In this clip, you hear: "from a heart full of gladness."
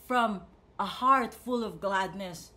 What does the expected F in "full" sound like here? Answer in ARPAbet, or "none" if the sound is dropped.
F